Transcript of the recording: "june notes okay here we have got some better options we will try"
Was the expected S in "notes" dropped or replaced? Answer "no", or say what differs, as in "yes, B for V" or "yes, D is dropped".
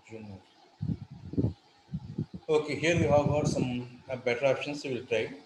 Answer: yes, S is dropped